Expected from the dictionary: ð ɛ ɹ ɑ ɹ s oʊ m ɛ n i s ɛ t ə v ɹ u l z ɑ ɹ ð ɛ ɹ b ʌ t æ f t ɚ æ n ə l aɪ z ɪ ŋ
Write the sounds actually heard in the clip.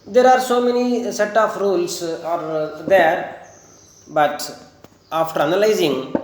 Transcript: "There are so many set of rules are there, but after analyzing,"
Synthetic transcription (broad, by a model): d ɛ ɹ ɑ ɹ s oʊ m ɛ n i s ɛ t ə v ɹ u l s ɑ ɹ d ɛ ɹ b ʌ t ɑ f t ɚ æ n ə l aɪ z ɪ ŋ